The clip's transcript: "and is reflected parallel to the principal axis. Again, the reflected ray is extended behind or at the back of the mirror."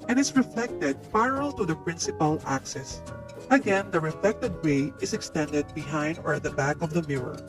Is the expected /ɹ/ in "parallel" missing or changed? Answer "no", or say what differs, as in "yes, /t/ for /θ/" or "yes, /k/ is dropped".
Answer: yes, /ɹ/ is dropped